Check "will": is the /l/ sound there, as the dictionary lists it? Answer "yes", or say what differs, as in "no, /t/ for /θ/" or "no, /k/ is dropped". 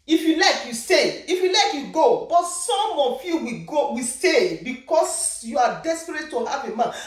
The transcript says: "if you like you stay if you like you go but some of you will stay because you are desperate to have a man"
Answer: no, /w/ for /l/